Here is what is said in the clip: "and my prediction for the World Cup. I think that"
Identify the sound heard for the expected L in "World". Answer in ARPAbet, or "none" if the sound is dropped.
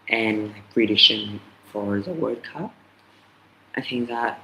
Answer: none